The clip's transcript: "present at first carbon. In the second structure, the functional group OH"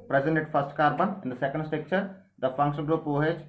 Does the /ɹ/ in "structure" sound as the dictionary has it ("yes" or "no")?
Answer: no